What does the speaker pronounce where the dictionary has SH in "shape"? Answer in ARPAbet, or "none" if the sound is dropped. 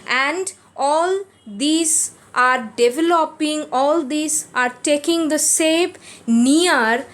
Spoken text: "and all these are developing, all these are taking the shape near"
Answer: S